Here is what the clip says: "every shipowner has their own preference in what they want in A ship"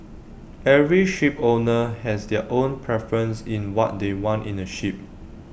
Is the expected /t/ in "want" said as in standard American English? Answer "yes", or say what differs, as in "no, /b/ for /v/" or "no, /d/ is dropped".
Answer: yes